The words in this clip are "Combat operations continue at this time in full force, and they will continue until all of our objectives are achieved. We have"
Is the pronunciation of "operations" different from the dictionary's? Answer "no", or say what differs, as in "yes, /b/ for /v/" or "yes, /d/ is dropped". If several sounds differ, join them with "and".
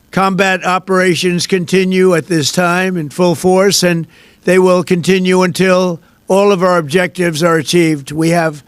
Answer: no